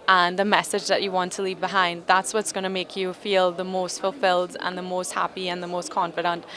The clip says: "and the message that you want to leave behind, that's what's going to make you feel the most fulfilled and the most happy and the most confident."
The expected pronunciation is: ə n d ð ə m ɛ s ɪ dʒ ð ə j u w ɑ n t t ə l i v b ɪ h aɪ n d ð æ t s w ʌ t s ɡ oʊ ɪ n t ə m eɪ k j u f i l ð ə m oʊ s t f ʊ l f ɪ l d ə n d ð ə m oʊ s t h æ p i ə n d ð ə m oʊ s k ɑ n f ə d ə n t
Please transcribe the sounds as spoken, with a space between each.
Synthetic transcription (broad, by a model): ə n ð ə m ɛ s ɪ dʒ ð ə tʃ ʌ w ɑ n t t ə l i v b ɪ h aɪ n d ð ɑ t s w ʌ t s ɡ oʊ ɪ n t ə m eɪ k j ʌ f i l ð ə m oʊ s t f ʊ l f ɪ l d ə n ð ə m oʊ s t h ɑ p i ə n ð ə m oʊ s k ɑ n f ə d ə n t